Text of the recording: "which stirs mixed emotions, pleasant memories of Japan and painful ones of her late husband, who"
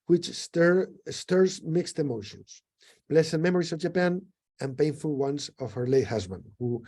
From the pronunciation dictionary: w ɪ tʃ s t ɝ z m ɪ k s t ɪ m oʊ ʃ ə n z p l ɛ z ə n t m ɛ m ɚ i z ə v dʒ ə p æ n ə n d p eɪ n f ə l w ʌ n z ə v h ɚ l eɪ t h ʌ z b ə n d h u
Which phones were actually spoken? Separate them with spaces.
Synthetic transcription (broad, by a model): w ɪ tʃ s t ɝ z m ɪ k s t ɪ m oʊ ʃ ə n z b l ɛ s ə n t m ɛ m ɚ i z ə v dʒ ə p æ n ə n p eɪ n f ə l w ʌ n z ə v h ɚ l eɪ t h ʌ z b ə n d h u